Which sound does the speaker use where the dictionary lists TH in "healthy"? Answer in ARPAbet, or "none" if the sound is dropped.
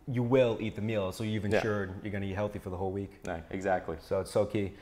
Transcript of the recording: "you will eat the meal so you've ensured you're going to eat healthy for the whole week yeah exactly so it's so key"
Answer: TH